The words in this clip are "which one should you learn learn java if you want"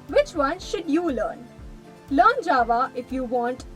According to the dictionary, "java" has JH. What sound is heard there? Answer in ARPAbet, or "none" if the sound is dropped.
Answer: JH